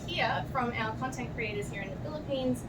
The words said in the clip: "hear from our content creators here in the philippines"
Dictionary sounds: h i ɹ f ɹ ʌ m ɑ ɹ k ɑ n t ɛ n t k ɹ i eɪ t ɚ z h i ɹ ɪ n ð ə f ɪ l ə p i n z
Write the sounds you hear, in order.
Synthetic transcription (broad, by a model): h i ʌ f ɹ ʌ m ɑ l k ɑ n t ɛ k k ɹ i eɪ t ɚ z h i ɹ ɪ n ð ə f ɪ l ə p i n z